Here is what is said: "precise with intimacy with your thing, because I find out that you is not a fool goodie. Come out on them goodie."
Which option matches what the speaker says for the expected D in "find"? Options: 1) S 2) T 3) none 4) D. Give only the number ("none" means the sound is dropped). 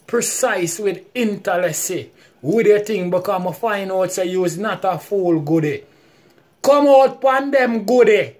3